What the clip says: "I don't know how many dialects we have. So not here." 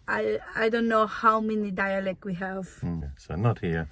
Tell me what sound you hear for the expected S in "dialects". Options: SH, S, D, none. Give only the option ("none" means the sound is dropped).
none